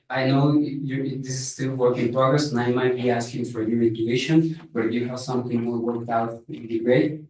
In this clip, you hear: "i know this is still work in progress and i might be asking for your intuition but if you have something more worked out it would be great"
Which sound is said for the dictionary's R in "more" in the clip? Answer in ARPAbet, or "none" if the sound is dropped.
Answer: L